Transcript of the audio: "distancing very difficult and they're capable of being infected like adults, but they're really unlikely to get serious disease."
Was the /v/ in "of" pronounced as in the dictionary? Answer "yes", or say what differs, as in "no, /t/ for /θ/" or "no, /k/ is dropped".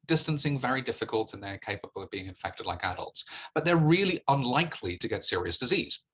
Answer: yes